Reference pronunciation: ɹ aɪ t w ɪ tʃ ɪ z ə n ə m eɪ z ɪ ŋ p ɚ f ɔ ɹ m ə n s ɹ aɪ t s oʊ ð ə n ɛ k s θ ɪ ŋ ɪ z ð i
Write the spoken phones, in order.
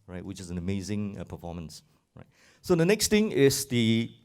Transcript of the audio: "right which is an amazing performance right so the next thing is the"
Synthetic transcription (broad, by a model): ɹ aɪ t w ɪ tʃ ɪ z ə n ə m eɪ z ɪ ŋ p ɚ f ɔ m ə n s ɹ aɪ t s oʊ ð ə n ɛ k s t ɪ ŋ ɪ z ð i